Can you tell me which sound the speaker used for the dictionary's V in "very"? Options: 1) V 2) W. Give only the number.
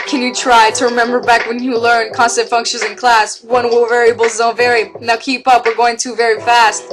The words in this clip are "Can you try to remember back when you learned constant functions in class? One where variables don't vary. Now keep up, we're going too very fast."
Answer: 1